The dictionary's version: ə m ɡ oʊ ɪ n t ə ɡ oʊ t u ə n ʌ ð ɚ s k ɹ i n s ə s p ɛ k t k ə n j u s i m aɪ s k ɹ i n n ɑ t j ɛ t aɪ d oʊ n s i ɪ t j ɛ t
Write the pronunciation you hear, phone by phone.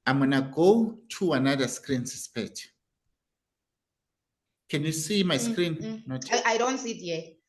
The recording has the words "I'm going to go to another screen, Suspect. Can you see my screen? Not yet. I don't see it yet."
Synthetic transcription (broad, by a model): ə m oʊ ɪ n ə ɡ oʊ t u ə n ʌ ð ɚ s k ɹ i n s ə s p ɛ t k ə n j u s i m aɪ s k ɹ i n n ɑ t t aɪ d oʊ n s i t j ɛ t